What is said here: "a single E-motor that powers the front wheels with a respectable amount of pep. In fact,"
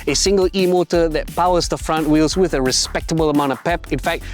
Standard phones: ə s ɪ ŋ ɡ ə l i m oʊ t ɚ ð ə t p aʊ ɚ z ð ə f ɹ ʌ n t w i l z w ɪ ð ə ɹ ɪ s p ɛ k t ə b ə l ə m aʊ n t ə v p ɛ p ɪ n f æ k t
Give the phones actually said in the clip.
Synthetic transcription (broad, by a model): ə s ɪ ŋ ɡ ə l i m oʊ t ɚ ð ə t p aʊ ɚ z ð ə f ɹ ʌ n t w i l z w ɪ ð ə ɹ ɪ s p ɛ k t ə b ə l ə m aʊ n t ə v p ɛ p ɪ n f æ k t